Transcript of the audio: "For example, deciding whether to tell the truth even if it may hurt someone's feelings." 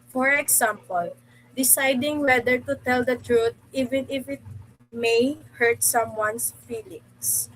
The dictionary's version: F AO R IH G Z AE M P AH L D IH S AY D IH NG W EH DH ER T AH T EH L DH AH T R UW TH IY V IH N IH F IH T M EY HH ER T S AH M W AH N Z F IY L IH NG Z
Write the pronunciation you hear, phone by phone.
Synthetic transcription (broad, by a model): F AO R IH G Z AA M P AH L D IH S AY D IH NG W EH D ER T AH T EH L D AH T R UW T IY V IH N IH F IH T M EY HH ER T S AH M W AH N S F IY L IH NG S